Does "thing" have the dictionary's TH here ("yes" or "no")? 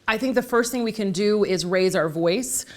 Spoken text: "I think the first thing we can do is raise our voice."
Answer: yes